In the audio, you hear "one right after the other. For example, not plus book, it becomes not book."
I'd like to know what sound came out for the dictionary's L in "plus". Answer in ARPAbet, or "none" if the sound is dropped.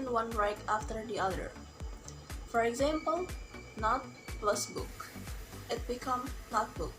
L